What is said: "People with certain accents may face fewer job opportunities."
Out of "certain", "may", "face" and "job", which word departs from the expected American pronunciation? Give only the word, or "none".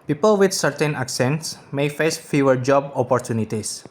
none